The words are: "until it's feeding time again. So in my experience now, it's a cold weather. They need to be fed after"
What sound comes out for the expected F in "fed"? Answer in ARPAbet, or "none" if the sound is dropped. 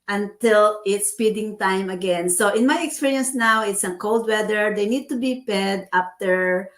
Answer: P